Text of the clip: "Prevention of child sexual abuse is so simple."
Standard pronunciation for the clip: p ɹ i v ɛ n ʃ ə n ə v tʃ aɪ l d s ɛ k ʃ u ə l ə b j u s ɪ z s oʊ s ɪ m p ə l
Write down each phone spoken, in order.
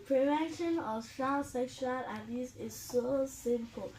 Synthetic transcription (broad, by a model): p ɹ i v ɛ n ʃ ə n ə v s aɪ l s ɛ k ʃ u ə l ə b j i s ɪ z s oʊ s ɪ m p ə l